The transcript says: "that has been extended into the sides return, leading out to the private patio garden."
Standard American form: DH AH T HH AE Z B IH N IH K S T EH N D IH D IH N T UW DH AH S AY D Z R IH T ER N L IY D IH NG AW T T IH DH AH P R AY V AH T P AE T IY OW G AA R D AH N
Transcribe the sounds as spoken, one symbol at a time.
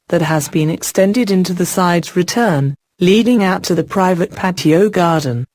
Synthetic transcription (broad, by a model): DH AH T HH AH Z B IH N IH K S T EH N D IH D IH N T UW DH AH S AY D Z R IH T ER N L IY D IH NG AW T T IH DH AH P R AY V AH T P AE T IY OW G AA R D N